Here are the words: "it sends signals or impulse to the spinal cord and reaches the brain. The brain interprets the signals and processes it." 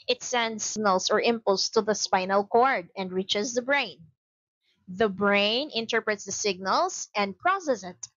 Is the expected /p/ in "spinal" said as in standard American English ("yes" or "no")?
yes